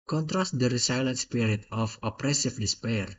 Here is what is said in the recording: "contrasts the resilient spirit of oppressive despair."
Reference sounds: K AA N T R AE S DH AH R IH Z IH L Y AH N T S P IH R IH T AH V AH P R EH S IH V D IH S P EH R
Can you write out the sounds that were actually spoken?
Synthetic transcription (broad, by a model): K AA N T R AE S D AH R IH S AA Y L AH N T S P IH R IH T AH F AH P R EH S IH F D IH S P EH R